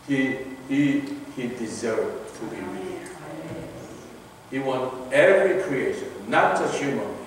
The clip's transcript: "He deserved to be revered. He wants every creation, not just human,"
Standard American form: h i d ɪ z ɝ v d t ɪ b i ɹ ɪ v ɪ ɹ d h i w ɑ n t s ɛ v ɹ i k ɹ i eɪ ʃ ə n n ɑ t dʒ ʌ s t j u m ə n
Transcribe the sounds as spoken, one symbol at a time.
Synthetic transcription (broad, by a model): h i d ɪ z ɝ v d t ɪ b i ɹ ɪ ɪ h i w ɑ n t ɛ v ɹ i k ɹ i eɪ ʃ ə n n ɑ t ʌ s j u m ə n